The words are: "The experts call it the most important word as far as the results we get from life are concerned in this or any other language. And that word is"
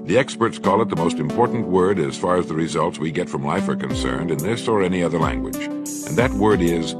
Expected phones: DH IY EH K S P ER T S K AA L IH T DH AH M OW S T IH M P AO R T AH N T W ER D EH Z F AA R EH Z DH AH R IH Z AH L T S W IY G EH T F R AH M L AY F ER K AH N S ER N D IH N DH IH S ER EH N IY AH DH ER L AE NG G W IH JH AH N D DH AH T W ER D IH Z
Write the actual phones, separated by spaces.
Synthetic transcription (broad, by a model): DH IY EH K S P ER T S K AA L IH T DH AH M OW S T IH M P AO R T N T W ER D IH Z F AA R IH Z DH AH R IH Z AH L T S W IY G EH T F R AH M L AY F ER K AH N S ER N D IH N DH IH S ER EH N IY AH DH ER L AE NG G W IH JH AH N DH AH T W ER D IH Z